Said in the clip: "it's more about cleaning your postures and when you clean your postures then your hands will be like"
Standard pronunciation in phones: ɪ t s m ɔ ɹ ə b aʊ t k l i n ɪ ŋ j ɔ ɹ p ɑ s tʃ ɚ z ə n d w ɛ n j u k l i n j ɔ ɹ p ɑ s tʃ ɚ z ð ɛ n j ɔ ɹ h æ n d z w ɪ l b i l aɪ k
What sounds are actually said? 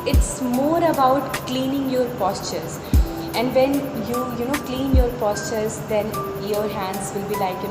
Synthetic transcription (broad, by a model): ɪ t s m ɔ ɹ ə b aʊ t k l i n ɪ ŋ j ɔ ɹ p ɑ s tʃ ɚ z ə n d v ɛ n j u k l i n j ɔ ɹ p ɑ s tʃ ɚ z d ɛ n j ɔ ɹ h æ n d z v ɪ l b i l aɪ k